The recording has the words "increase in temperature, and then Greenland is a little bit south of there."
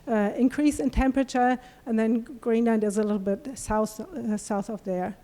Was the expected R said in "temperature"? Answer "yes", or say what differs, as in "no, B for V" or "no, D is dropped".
yes